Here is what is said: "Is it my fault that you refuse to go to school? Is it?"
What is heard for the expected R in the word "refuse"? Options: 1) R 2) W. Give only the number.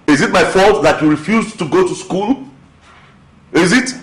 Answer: 1